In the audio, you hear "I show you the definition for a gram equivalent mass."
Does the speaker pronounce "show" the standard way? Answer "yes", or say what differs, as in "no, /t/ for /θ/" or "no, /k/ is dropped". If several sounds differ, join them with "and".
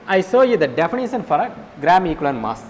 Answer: no, /s/ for /ʃ/